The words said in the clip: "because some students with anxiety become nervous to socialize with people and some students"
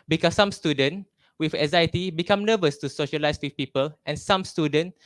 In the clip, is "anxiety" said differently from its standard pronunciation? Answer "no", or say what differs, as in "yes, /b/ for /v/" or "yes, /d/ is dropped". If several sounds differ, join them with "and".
yes, /ŋ/ is dropped